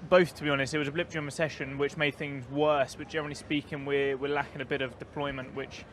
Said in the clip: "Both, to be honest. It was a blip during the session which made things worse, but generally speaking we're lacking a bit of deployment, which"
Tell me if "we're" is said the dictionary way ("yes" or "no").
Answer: no